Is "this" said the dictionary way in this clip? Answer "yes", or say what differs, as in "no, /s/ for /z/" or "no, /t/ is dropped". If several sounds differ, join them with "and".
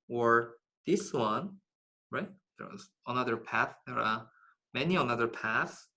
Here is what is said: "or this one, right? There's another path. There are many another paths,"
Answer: yes